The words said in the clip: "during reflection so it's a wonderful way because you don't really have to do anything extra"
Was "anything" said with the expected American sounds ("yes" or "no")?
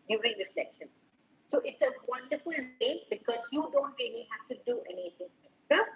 no